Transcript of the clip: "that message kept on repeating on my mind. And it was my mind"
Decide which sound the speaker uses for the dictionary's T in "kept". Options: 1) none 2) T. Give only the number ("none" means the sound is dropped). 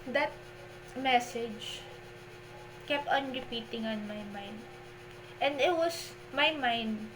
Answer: 2